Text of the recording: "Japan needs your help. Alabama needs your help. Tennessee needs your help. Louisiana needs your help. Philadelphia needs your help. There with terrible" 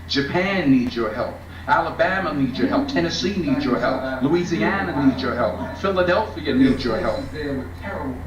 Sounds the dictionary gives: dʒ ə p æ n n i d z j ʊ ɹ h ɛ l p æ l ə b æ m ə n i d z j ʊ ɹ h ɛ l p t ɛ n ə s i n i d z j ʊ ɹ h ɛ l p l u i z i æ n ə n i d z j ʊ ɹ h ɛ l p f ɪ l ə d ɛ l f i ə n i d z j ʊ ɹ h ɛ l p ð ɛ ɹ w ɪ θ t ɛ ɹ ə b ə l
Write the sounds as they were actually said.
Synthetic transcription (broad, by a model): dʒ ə p æ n n i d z j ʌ ɹ h ɛ l p æ l ə b æ m ə n i d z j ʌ ɹ h ɛ l p t ɛ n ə s i n i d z j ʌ ɹ h ɛ l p l u i z i æ n ə n i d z j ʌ ɹ h ɛ l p f ɪ l ə d ɛ l f i ə n i d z j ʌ ɹ h ɛ l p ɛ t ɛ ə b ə